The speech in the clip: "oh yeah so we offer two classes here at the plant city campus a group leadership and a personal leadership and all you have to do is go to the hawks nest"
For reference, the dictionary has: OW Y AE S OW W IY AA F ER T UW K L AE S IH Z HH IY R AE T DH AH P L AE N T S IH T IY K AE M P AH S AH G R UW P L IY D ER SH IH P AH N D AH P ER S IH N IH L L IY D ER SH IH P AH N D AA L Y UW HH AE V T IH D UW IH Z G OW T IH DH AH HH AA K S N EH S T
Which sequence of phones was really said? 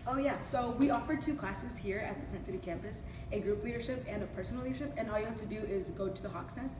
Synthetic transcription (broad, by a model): OW Y AE S OW W IY AA F ER T UW K L AE S IH Z HH IY R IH T DH AH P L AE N S IH T IY K AE M P AH S AH G R UW P L IY D ER SH IH P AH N AH P ER S N L L IY D ER SH IH P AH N AA L Y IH HH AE F T IH D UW IH Z G OW T IH DH AH HH AA K S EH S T